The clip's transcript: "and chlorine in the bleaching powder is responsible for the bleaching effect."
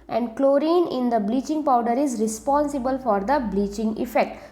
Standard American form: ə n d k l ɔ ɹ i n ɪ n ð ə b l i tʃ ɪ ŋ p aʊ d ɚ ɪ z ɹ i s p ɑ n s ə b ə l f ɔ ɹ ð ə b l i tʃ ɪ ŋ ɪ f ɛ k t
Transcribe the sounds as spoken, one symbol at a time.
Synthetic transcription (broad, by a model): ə n d k l ɔ ɹ i n ɪ n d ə b l i tʃ ɪ ŋ p aʊ d ɚ ɪ z ɹ i s p ɑ n s ə b ə l f ɔ ɹ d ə b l i tʃ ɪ ŋ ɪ f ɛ k t